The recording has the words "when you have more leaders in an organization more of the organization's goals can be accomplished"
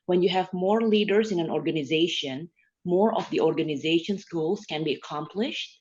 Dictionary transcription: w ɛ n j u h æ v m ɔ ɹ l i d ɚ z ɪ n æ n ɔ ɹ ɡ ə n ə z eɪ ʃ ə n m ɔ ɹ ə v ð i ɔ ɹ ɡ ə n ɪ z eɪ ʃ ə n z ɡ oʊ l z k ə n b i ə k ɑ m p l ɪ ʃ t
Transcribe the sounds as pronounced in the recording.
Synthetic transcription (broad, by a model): w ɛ n j u h æ v m ɔ ɹ l i d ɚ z ɪ n æ n ɔ ɹ ɡ ə n ə z eɪ ʃ ə n m ɔ ɹ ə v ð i ɔ ɹ ɡ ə n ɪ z eɪ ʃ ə n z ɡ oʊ l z k ə n b i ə k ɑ m p l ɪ ʃ t